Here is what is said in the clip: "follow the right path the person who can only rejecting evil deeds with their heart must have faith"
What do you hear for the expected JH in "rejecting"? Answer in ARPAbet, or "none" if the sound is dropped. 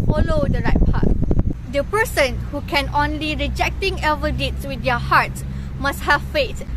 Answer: JH